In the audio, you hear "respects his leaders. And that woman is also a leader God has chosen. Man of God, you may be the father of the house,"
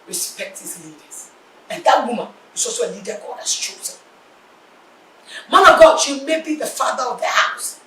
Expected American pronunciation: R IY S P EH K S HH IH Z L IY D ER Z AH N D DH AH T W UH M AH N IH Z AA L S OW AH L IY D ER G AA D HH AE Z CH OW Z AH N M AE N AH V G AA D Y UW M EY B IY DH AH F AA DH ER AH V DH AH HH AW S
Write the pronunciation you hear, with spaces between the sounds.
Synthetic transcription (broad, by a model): R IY S P EH K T HH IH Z L IY D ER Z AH N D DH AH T W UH M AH N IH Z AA S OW AH L IY D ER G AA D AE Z CH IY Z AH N M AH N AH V G AA D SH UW M EY B IY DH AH F AA DH ER AH V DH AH HH AW S